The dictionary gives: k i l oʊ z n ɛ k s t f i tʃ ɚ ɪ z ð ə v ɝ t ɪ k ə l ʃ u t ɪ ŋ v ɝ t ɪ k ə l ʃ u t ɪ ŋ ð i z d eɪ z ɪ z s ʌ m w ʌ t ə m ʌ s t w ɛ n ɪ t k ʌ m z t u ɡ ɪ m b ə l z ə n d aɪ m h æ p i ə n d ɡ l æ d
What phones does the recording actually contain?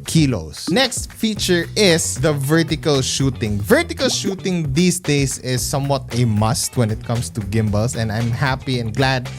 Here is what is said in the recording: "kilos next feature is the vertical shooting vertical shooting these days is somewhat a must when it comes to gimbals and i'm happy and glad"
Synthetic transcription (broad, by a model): k i l oʊ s n ɛ k s t f i tʃ ɚ ɪ s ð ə v ɝ t ɪ k ə l ʃ u t ɪ ŋ v ɝ t ɪ k ə l ʃ u t ɪ ŋ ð i s d eɪ s ɪ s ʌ m w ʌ t ə m ʌ s t w ɛ n ɪ t k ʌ m s t u ɡ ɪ m b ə l s ə n d aɪ m h æ p i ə n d ɡ l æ d